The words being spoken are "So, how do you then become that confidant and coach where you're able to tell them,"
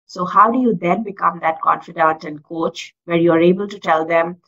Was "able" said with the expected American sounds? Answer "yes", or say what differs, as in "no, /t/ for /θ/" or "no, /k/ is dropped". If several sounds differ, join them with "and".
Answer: yes